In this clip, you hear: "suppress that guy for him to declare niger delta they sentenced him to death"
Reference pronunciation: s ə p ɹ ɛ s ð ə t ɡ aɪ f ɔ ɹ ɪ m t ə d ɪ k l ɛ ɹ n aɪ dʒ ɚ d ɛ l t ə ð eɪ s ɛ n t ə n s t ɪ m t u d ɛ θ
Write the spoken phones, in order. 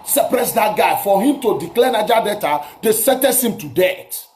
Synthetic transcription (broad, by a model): s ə p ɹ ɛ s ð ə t ɡ aɪ f ɔ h ɪ m t ə d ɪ k l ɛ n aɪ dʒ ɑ d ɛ t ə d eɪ s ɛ t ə s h ɪ m t u d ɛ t